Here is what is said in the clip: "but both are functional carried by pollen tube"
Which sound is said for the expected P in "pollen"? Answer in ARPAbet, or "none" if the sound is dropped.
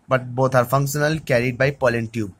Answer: P